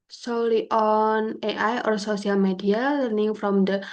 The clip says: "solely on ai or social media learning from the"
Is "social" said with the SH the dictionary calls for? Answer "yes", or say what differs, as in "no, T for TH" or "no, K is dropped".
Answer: no, S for SH